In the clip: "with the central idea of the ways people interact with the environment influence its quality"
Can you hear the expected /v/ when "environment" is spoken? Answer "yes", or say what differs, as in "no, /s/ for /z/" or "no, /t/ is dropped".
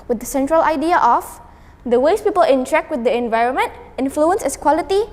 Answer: yes